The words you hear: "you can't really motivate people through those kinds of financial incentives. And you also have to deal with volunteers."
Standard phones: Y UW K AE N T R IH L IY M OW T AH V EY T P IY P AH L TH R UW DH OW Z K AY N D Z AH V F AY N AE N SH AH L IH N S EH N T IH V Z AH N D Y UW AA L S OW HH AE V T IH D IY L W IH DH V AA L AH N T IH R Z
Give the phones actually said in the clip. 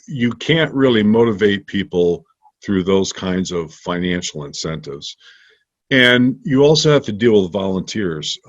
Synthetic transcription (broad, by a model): Y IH K AE N T R IH L IY M OW T AH V EY T P IY P L TH R UW DH OW Z K AY N D Z AH V F AY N AE N SH L IH N S EH N T IH V Z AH N Y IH AA L S OW HH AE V T IH D IY L W IH DH V AA L AH N T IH R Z